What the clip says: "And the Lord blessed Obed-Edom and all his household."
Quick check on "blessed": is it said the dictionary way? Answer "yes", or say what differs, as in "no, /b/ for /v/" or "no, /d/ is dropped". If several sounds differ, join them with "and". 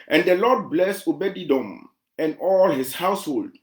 no, /t/ is dropped